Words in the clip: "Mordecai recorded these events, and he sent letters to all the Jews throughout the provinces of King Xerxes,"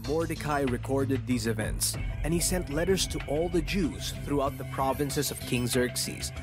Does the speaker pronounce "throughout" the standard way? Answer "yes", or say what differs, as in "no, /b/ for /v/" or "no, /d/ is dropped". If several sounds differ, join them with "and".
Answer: yes